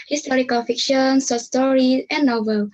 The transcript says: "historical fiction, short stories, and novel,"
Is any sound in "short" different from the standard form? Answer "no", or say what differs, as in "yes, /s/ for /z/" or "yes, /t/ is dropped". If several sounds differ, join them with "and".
yes, /s/ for /ʃ/